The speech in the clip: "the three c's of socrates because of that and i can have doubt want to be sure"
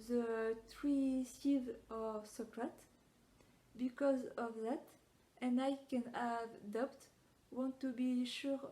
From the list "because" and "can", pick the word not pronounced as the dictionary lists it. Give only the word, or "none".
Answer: none